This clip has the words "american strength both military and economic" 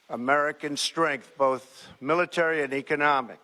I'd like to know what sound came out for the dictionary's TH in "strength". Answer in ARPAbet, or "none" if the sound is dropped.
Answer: TH